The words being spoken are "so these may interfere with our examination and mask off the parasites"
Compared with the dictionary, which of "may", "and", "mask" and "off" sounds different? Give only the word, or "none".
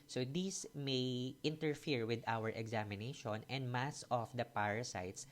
mask